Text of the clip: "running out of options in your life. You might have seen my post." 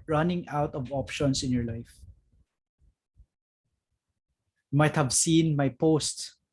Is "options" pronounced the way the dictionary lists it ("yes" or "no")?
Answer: no